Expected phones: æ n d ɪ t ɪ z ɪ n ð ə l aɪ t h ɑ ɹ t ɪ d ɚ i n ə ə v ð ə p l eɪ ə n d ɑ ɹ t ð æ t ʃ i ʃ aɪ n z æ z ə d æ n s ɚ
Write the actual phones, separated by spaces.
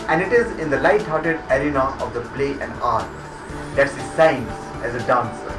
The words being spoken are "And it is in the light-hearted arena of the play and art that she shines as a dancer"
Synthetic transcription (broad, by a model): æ n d ɪ t ɪ z ɪ n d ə l aɪ t h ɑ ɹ t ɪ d ɚ i n ə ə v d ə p l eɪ ə n d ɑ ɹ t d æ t s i s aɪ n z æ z ə d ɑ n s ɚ